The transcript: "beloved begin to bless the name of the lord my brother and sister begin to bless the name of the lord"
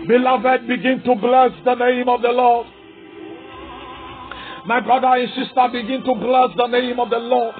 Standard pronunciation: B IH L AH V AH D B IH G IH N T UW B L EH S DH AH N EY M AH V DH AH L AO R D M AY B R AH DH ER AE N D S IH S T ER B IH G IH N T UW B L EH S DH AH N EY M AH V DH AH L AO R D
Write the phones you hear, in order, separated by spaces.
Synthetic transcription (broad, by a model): B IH L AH V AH D B IH G IH N T UW B L EH S DH AH N EY M AH V DH AH L AO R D M AY B R AH DH ER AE N S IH S T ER B IH G IH N T UW B L EH S DH AH N EY M AH V DH AH L AO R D